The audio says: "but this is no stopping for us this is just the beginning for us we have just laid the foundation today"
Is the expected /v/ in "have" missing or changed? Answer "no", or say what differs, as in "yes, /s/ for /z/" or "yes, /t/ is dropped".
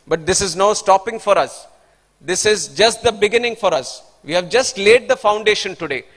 no